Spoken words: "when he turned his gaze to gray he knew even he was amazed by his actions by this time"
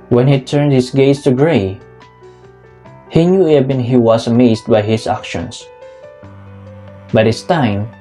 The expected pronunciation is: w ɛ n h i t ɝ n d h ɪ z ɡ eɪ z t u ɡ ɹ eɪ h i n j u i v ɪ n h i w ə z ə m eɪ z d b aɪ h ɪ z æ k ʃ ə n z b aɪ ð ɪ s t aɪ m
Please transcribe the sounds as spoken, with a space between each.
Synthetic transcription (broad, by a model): w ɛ n h i t ɝ n d h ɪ s ɡ eɪ s t u ɡ ɹ eɪ h i n j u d b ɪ n h i w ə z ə m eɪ s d b aɪ h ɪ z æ k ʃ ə n s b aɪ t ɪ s t aɪ m